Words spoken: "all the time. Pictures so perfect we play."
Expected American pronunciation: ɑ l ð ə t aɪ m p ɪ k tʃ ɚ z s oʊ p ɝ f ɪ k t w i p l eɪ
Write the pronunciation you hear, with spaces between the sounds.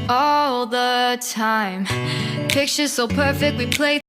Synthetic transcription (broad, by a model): ɑ l ð ə t aɪ m p ɪ k tʃ ɚ z s oʊ p ɝ f ɪ k t w i p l eɪ